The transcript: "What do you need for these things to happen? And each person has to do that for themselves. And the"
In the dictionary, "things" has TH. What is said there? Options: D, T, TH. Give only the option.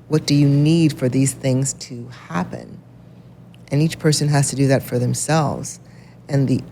TH